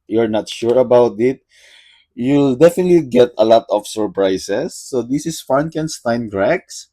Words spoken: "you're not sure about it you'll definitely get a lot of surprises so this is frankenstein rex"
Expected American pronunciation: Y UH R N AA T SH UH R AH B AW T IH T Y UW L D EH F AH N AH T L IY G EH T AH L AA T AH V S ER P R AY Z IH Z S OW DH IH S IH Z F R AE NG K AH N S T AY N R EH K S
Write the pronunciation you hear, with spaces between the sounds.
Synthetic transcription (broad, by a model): Y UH R N AA T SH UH R AH B AW T IH T Y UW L D EH F AH N AH T L IY G EH T AH L AA T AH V S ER P R AY S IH S OW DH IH S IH S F AA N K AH N S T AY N R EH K S